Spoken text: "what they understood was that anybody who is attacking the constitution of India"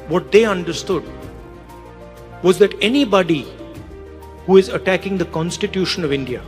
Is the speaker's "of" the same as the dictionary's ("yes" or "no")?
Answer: yes